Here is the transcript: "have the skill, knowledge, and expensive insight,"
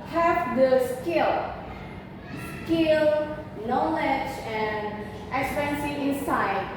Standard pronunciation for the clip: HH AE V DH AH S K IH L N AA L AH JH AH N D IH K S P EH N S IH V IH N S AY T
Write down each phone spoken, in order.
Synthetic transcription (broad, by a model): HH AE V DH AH S K IH L N AA L AH JH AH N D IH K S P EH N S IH IH N S AY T